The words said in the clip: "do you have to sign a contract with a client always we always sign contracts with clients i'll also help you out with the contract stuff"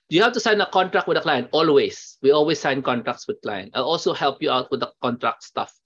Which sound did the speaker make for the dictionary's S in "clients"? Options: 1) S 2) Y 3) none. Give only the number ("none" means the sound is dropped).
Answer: 3